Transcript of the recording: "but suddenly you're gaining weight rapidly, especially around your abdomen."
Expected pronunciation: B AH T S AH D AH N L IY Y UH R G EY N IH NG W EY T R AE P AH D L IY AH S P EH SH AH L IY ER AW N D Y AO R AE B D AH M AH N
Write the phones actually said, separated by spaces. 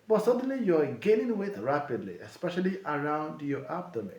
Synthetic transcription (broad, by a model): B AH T S AH D AH N L IY Y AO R G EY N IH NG W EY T R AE P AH D L IY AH S P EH SH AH L IY ER AW N D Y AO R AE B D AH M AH